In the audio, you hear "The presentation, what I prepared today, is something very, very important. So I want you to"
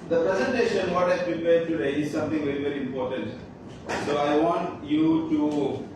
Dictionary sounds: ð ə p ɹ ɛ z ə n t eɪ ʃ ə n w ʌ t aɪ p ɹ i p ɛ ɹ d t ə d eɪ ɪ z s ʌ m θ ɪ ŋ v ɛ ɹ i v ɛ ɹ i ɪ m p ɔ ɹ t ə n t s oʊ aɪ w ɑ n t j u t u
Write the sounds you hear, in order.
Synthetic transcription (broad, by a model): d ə p ɹ ɛ z ə n t eɪ ʃ ə n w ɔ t aɪ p ɹ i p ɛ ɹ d t ə d eɪ ɪ z s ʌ m t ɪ ŋ v ɛ ɹ i v ɛ ɹ i ɪ m p ɔ ɹ t ə n t s oʊ aɪ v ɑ n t j u t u